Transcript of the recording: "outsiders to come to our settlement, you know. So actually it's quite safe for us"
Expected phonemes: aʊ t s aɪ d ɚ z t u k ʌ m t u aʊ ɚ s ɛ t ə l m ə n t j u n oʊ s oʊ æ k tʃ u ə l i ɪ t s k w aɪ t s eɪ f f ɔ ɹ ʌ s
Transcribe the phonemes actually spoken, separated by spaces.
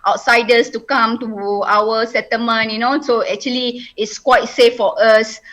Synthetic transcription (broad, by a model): aʊ t s aɪ d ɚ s t u k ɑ m t u aʊ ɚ s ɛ t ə m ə n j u n oʊ s oʊ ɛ k tʃ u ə l i ɪ t s k w aɪ t s eɪ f f ɔ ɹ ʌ s